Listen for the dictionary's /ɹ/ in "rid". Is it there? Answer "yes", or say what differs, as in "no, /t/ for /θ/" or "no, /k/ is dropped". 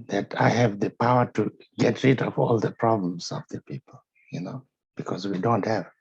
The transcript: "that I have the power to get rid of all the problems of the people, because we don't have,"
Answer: yes